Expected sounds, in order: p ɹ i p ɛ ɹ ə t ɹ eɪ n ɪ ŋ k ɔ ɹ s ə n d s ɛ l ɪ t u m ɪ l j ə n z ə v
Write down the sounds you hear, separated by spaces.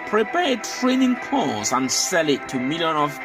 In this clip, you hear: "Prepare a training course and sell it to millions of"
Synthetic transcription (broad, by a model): p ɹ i p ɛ t ɹ eɪ n ɪ ŋ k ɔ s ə n s ɛ l ɪ t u m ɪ l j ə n ə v